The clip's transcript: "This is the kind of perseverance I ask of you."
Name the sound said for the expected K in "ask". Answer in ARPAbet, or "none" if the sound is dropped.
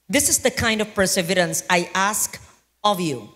K